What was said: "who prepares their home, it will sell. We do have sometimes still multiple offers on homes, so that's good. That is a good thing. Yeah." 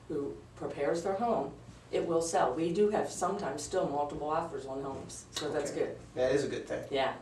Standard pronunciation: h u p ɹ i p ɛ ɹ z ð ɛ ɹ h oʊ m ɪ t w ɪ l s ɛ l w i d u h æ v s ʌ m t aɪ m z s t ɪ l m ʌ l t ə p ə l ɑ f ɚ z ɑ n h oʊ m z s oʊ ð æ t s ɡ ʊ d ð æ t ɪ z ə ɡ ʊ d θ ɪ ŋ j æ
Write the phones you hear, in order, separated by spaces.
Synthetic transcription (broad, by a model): h u p ɹ i p ɛ ɹ z ð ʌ ɹ h oʊ m ɪ t w ɪ l s ɛ l w i d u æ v s ʌ m t aɪ m z s t ɪ l m ʌ l t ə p l ɑ f ɚ z n h oʊ m z s oʊ ð æ t s ɡ ʊ d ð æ t ɪ z ə ɡ ʊ d θ ɪ ŋ j æ